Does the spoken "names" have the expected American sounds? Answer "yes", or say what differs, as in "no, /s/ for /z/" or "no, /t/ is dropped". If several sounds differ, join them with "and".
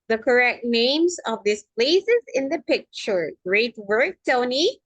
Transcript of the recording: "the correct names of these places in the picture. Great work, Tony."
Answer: yes